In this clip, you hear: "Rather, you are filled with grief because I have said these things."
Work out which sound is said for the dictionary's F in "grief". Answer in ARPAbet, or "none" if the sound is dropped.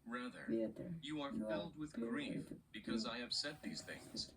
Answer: F